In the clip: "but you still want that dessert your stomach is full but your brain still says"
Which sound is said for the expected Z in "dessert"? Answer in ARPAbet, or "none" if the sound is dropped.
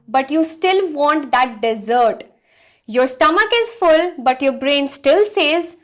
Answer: Z